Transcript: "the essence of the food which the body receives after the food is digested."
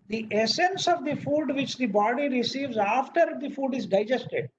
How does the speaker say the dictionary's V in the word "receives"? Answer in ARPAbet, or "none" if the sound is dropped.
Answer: V